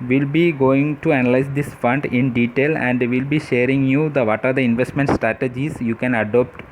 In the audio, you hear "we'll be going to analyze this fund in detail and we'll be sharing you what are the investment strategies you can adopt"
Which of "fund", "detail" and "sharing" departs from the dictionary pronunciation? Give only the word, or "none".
none